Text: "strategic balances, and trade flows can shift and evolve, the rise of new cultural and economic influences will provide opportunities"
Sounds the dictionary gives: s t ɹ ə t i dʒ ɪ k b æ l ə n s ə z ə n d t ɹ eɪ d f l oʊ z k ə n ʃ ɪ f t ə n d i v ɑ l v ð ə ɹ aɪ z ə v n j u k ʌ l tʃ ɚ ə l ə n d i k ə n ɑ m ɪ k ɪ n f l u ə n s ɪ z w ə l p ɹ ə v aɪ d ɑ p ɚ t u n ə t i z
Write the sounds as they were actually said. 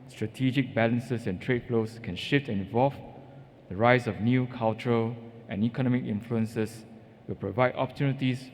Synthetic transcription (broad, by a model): s t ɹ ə t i dʒ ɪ k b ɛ l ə n s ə s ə n t ɹ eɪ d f l oʊ s k ə n ʃ ɪ f t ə n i v ɑ l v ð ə ɹ aɪ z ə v n j u k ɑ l tʃ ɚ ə l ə n i k ə n ɑ m ɪ k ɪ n f l u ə n s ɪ s w ə l p ɹ ə v aɪ d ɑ p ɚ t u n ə t i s